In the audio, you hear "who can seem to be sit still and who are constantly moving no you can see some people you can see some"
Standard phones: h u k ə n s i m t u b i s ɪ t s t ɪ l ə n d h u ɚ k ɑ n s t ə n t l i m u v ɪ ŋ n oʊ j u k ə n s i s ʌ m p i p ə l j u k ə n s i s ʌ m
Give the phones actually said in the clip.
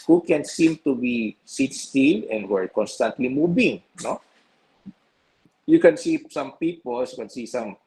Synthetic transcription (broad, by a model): h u k ə n s i m t u b i s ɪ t s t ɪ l ə n d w ɚ k ɑ n s t ə n t l i m u b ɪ ŋ n oʊ j u k ə n s i s ʌ m p i p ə l j u k ə n s i s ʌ m